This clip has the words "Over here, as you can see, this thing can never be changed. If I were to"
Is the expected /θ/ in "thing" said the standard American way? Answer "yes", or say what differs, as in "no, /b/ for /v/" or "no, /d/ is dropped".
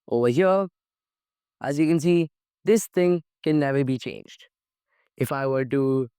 yes